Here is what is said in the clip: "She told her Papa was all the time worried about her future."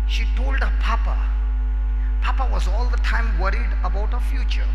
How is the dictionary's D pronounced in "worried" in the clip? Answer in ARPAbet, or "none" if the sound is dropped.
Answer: D